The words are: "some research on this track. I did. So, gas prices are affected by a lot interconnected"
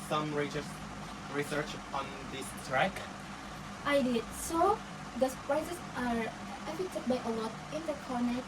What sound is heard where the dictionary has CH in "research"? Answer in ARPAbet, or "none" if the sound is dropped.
CH